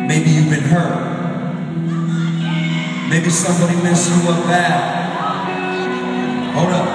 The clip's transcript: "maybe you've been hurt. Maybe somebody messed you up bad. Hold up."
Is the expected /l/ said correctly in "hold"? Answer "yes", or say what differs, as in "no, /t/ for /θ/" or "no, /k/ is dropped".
no, /l/ is dropped